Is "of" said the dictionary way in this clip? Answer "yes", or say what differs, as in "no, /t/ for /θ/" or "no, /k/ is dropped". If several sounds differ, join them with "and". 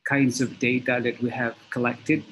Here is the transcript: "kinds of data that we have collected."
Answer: yes